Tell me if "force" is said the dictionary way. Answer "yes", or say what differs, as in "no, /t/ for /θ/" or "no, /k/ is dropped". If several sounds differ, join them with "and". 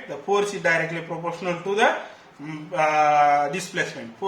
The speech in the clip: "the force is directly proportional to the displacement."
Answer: no, /p/ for /f/